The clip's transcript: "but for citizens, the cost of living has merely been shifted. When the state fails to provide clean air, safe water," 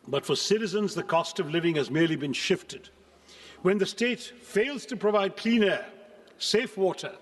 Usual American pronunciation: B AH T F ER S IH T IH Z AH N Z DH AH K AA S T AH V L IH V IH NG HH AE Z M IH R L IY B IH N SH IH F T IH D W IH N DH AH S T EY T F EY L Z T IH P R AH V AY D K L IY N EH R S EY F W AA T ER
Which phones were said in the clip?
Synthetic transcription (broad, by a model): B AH T F ER S IH T IH Z AH N Z DH AH K AA S T AH V L IH V IH NG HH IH Z M IH R L IY B IH N SH IH F T IH D W IH N DH AH S T EY T F EY L Z T IH P R AH V AY D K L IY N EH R S EY F W AA T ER